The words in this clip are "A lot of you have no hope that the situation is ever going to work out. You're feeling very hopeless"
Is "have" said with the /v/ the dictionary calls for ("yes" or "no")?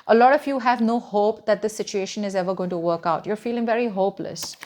yes